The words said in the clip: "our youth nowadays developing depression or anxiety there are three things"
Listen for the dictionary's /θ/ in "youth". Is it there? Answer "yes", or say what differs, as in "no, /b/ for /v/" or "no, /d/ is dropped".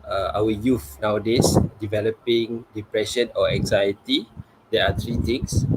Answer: no, /f/ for /θ/